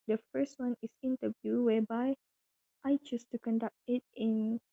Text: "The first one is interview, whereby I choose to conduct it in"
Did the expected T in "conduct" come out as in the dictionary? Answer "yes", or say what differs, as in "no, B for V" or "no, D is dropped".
yes